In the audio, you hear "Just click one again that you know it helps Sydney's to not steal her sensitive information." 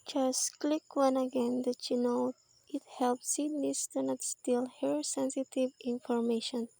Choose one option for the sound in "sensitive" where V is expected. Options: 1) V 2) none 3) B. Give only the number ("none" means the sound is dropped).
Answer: 1